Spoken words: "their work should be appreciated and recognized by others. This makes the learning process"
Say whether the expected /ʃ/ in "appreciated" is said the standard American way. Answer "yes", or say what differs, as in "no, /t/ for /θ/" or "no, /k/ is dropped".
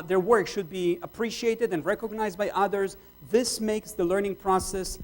yes